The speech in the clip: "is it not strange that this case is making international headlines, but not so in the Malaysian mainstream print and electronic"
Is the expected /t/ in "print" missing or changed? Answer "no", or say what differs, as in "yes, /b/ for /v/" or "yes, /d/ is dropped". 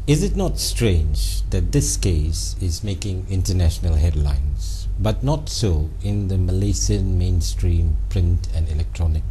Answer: no